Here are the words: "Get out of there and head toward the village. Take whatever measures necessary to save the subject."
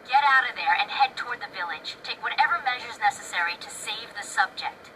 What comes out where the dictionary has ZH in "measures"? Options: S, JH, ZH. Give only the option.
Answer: ZH